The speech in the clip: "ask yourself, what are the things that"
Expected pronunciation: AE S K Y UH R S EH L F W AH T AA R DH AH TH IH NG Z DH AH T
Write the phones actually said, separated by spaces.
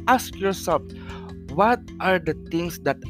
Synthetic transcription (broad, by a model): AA S K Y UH R S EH L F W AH T AA R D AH T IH NG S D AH T